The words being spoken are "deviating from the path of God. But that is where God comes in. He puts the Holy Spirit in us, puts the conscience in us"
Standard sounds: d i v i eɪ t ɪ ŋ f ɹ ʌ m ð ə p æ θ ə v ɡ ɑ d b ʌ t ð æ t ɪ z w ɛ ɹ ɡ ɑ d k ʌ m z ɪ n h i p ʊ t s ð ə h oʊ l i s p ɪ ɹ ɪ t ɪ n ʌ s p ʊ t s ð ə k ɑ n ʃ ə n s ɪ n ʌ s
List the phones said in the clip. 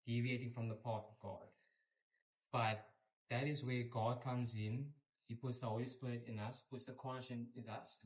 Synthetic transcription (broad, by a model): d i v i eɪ t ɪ ŋ f ɹ ʌ m ð ə p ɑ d ə v ɡ ɑ d b ʌ t ð æ t ɪ z w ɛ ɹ ɡ ɑ d k ʌ m z ɪ n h i p ʊ t s ð ə h oʊ l i s p ɪ ɹ ɪ t ɪ n ʌ s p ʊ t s ð ə k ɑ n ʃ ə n ɪ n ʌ s